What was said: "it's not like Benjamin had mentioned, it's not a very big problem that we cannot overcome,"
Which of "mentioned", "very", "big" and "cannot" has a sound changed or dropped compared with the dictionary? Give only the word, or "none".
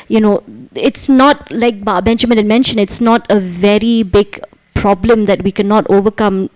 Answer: mentioned